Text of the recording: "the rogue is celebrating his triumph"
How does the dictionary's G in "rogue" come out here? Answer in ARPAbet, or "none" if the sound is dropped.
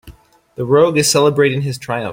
G